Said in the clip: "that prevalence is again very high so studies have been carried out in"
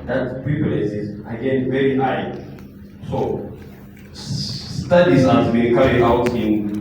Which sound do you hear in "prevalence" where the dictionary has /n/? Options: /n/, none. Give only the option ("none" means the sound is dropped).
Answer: none